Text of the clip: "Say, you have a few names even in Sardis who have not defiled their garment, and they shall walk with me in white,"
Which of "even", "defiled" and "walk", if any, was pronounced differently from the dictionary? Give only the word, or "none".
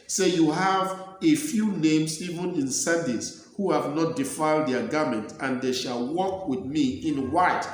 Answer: none